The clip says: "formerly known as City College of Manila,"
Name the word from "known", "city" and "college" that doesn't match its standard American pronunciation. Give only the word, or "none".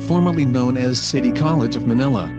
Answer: none